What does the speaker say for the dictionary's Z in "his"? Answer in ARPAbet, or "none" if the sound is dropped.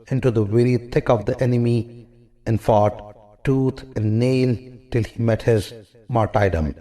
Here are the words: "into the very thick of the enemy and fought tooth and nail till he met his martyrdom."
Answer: Z